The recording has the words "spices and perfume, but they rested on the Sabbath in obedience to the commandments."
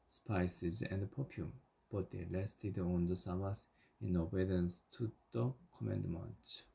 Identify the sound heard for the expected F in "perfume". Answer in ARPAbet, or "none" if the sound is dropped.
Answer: P